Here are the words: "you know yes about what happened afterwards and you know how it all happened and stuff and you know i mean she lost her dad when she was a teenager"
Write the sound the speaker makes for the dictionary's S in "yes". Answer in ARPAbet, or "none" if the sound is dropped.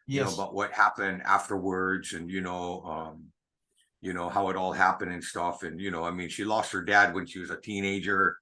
none